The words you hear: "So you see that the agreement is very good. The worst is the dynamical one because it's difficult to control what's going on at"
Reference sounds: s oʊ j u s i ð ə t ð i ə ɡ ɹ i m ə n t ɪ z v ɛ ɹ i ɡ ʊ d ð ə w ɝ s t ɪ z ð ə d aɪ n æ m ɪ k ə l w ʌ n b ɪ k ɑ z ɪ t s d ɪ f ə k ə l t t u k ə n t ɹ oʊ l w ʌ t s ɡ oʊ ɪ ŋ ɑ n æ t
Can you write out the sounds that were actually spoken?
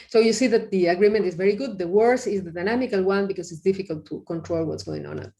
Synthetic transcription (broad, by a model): s oʊ j u s i ð ə t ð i ə ɡ ɹ i m ə n t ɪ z v ɛ ɹ i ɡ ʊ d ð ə w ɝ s ɪ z ð ə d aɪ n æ m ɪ k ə l w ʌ n b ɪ k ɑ s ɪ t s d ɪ f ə k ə l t t u k ə n t ɹ oʊ l w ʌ t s ɡ oʊ ɪ ŋ ɑ n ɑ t